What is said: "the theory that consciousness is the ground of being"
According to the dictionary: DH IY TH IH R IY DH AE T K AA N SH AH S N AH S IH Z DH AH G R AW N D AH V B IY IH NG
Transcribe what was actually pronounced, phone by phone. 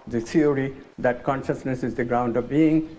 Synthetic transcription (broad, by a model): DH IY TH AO R IY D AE T K AA N SH AH S N AH S IH Z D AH G R AW N D AH V B IY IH NG